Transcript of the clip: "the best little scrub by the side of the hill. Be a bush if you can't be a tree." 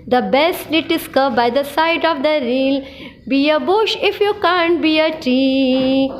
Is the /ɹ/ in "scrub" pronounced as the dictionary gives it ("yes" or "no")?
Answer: no